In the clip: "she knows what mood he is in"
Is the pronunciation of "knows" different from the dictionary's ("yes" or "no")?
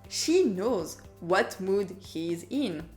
no